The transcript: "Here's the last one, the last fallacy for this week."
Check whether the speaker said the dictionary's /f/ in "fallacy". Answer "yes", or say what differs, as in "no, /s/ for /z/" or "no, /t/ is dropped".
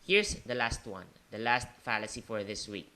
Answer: yes